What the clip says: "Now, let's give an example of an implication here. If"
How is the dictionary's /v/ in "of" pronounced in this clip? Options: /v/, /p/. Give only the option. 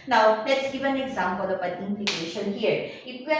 /p/